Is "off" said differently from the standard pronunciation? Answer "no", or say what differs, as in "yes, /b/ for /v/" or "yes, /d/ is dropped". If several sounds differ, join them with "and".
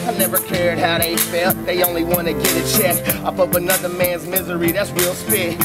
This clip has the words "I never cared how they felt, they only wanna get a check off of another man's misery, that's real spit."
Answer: yes, /p/ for /f/